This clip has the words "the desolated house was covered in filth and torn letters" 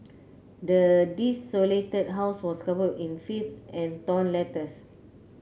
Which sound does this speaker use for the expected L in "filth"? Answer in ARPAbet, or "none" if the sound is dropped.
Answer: none